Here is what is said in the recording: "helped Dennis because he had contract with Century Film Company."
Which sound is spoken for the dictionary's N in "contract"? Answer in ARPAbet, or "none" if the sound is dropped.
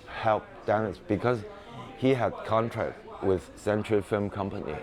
N